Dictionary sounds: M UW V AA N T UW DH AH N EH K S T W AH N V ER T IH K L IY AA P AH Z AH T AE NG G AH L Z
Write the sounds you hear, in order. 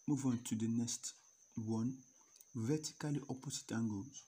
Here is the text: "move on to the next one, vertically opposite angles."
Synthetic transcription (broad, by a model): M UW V AA N T UW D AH N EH S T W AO N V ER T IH K L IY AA P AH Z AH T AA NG G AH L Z